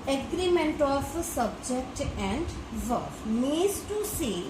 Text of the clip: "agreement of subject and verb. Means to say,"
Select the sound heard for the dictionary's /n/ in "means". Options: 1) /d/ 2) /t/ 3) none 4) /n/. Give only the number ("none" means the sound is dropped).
3